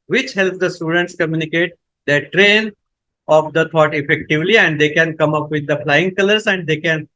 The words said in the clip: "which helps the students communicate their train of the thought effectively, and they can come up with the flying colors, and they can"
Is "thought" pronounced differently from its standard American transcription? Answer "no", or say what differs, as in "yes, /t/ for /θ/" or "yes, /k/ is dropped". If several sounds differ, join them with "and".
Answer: yes, /t/ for /θ/